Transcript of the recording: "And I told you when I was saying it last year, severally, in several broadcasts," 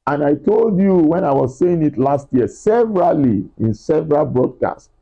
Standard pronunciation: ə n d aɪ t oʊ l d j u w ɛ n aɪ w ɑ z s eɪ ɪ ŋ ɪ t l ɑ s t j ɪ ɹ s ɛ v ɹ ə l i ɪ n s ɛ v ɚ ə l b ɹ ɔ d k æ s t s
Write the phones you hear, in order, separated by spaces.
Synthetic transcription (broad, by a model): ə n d aɪ t oʊ l d j u w ɛ n aɪ w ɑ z s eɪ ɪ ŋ ɪ t l ɑ s t j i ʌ s ɛ v ɹ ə l i ɪ n s ɛ v ɚ ə l b ɹ ɔ d k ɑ s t